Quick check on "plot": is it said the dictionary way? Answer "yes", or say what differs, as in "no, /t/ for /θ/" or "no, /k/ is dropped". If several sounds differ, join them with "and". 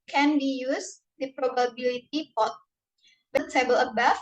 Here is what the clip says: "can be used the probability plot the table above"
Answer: no, /l/ is dropped